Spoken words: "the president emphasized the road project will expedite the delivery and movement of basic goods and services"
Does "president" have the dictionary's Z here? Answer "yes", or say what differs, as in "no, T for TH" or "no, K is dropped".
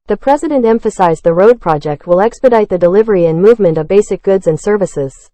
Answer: yes